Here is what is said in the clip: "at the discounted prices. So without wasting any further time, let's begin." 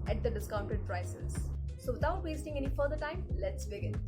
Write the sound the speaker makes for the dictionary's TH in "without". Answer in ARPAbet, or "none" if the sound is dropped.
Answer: T